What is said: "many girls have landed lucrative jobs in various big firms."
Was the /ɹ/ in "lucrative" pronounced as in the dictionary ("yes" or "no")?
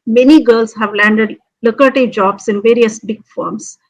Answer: no